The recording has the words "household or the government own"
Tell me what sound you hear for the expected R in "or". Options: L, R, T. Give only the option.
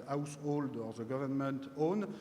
R